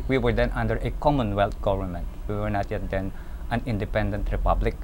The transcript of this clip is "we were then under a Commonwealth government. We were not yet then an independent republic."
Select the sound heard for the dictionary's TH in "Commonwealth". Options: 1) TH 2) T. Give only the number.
2